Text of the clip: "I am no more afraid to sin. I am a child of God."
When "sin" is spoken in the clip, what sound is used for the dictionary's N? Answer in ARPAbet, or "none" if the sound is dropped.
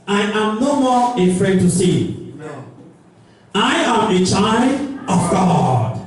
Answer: none